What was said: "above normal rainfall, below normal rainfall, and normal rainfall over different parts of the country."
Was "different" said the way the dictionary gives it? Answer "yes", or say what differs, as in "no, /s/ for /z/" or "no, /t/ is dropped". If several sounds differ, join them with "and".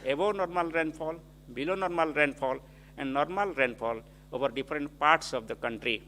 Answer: no, /p/ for /f/